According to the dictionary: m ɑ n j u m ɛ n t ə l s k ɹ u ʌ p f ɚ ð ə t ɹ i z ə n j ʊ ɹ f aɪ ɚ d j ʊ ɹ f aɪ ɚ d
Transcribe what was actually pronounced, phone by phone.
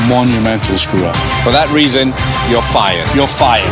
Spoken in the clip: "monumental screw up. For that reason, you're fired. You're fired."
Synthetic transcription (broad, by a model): m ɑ n j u m ɛ n t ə l s k ɹ u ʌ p f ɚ ð ə t ɹ i z ə n j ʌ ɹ f aɪ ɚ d j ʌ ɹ f aɪ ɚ